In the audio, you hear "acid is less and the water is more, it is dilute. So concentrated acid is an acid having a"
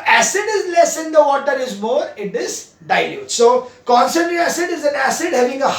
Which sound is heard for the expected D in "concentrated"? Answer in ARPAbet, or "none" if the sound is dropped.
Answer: none